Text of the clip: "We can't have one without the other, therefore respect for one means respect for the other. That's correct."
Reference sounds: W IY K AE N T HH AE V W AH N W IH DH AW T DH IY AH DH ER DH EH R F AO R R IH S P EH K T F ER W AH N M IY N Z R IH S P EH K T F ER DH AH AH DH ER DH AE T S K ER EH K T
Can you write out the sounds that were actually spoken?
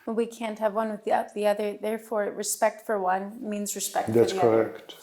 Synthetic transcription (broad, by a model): W IY K AE N T HH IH V W AH N W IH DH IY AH DH IY AH DH ER DH EH R F AO R R IH S P EH K T F ER W AH N M IY N Z R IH S P EH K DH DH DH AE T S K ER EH K T